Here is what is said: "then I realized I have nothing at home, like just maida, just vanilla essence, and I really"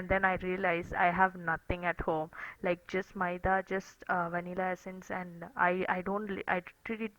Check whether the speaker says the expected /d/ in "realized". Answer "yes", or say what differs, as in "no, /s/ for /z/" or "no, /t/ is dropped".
no, /d/ is dropped